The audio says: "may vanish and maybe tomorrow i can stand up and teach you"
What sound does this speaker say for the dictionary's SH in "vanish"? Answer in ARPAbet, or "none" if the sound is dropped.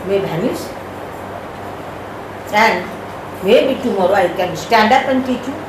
S